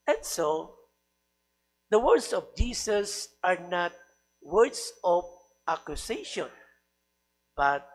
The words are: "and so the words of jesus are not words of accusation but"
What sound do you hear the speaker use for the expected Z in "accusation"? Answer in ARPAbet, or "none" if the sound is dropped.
S